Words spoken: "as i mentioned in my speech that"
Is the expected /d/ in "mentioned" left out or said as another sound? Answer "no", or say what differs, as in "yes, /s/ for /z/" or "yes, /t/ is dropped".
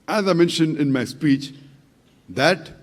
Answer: no